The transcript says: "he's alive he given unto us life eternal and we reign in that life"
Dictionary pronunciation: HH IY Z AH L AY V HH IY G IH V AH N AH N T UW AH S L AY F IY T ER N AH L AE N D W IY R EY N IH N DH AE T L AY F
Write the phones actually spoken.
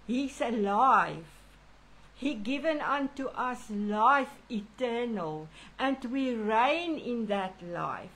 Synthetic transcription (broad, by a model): HH IY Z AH L AY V HH IY G IH V AH N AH N T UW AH S L AY F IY T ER N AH L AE N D W IY R EY N IH N DH AE T L AY F